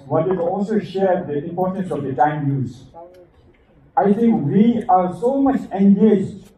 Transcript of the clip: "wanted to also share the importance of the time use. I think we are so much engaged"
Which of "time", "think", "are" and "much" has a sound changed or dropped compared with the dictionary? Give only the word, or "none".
think